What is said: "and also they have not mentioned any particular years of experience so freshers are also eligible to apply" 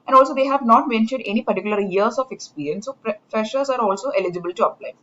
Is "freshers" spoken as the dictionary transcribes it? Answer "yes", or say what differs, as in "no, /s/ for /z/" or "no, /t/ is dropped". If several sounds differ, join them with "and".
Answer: no, /p/ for /f/